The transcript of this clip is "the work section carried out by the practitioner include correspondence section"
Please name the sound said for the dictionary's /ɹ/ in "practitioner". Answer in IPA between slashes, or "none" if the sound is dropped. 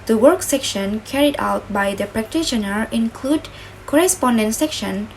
/ɹ/